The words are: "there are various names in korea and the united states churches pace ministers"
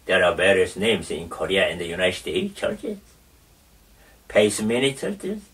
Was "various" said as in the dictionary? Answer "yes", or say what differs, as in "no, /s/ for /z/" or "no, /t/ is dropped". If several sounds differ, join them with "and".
no, /b/ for /v/